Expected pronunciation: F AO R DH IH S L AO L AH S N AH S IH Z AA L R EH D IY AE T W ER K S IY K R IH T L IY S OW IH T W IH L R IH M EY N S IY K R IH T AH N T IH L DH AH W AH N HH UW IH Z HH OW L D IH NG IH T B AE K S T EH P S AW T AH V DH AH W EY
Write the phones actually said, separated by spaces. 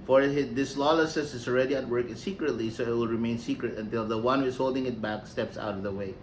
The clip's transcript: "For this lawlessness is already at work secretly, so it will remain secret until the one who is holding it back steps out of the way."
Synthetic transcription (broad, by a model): F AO R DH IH S L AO L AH S AH S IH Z AA L R EH D IY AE T W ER K S IY K R IH T L IY S OW IH T W IH L R IH M EY N S IY K R IH T AH N T IH L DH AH W AH N HH UW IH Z HH OW L D IH NG IH T B AE K S T EH P S AW T AH V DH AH W EY